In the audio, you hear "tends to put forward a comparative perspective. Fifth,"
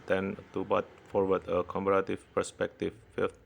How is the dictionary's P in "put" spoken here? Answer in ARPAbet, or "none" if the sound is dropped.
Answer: B